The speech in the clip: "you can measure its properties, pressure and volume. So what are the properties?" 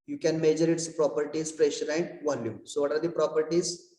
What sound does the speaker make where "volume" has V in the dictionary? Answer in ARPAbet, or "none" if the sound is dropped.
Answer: V